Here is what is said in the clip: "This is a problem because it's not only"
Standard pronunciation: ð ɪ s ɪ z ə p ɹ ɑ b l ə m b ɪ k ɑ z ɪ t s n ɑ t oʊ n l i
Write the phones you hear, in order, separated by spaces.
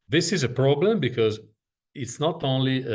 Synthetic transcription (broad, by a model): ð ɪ s ɪ z ə p ɹ ɑ b l ə m b ɪ k ɑ z ɪ t s n ɑ t oʊ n l i